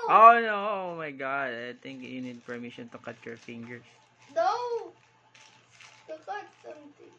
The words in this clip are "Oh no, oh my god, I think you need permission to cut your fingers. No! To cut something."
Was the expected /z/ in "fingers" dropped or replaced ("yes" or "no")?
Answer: yes